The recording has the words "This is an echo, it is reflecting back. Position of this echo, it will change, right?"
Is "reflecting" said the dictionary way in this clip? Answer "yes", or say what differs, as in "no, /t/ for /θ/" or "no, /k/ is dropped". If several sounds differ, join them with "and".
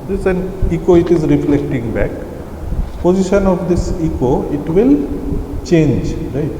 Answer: yes